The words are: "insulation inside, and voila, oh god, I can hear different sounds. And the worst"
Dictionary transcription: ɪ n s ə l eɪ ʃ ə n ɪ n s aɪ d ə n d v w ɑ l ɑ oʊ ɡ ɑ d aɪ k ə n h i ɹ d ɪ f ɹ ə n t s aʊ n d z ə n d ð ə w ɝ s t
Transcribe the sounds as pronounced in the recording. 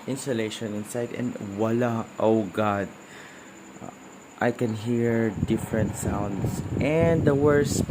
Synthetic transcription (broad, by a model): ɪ n s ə l eɪ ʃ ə n ɪ n s aɪ d ə n d w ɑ l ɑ oʊ ɡ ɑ d aɪ k ə n h i ɹ d ɪ f ɹ ə n t s aʊ n d s ə n d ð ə w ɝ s